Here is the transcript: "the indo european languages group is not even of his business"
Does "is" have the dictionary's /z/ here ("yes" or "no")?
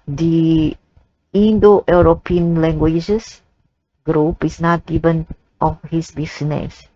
no